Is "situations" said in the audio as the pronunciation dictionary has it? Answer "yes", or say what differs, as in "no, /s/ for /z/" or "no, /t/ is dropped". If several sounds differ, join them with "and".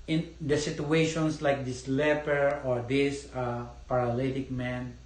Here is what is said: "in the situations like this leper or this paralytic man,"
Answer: no, /s/ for /z/